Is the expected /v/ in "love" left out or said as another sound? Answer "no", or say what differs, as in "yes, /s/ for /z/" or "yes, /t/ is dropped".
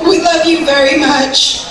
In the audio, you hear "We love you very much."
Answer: no